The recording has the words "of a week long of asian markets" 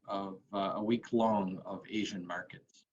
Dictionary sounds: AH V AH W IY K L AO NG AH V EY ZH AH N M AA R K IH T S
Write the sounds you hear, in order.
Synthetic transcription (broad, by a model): AH V AH W IY K L AO NG AH V EY ZH AH N M AA R K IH T S